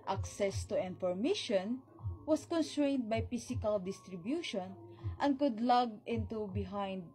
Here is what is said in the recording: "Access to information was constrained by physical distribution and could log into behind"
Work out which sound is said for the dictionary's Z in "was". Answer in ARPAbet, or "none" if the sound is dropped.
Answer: S